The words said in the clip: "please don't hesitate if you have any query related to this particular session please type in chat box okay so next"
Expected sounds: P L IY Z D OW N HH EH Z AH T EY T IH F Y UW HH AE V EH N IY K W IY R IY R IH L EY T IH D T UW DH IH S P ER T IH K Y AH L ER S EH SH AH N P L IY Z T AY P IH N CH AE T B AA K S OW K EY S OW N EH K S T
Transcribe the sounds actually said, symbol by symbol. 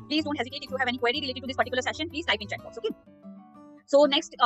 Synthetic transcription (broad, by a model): P L IY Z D OW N HH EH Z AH T EY T IH F Y UW HH AE V EH N IY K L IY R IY R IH L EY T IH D T UW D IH S P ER T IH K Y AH L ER S EH SH AH N P L IY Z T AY IH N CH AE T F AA S OW K EY S OW N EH K S T